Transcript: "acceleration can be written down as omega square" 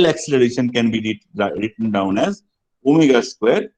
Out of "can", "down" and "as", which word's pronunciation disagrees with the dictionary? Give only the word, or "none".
none